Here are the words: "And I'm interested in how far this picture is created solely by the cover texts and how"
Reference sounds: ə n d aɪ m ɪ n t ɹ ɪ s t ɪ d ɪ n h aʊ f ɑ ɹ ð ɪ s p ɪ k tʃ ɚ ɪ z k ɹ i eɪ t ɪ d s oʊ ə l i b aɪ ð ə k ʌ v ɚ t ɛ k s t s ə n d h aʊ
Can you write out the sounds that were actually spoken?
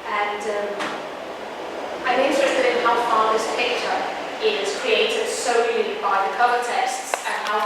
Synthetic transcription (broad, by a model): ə n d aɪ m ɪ n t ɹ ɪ s t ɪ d ɪ n h aʊ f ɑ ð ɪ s p ɪ k tʃ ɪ ɪ z k ɹ i eɪ t ɪ d s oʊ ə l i b aɪ ð ə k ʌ ɚ t ɛ s t s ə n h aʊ